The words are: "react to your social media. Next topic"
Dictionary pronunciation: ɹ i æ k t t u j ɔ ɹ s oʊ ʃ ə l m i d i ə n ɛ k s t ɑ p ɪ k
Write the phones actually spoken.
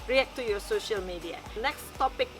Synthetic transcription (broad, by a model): ɹ i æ k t t u j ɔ s oʊ ʃ ə l m i d i ə n ɛ k s t ɑ p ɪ k